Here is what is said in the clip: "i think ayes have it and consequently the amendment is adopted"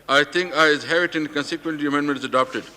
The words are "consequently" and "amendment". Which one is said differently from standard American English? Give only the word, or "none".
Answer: consequently